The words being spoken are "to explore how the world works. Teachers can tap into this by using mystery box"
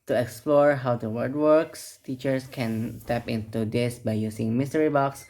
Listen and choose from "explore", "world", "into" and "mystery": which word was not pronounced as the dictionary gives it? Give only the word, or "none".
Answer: world